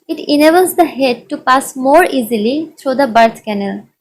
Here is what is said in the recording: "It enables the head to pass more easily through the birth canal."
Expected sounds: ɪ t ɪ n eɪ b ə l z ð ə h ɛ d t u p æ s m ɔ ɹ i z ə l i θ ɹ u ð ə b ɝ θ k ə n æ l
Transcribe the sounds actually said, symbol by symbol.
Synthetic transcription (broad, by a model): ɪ t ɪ n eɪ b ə l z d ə h ɛ d t u p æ s m ɔ ɹ i z ə l i t ɹ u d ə b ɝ t k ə n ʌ l